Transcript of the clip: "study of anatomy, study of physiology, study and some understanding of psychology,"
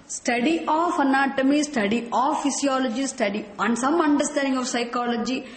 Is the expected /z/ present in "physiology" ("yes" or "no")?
no